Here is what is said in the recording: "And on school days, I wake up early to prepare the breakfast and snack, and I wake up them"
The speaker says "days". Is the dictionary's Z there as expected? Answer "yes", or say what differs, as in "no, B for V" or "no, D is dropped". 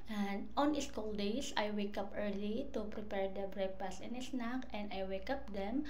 no, S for Z